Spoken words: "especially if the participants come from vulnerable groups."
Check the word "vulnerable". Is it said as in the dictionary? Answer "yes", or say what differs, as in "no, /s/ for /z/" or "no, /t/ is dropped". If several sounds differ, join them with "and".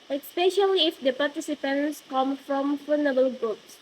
no, /f/ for /v/ and /l/ is dropped